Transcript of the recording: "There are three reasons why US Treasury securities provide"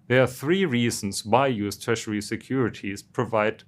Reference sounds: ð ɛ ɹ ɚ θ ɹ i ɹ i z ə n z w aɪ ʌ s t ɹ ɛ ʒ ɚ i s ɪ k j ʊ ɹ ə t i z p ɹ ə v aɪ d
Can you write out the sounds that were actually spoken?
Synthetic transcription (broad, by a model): ð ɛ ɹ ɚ θ ɹ i ɹ i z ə n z w aɪ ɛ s t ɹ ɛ ʃ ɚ i s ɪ k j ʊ ɹ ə t i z p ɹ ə v aɪ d